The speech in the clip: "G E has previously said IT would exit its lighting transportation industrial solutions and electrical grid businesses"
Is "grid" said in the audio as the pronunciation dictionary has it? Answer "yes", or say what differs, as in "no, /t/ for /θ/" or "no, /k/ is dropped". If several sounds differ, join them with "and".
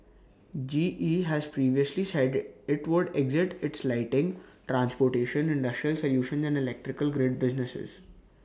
yes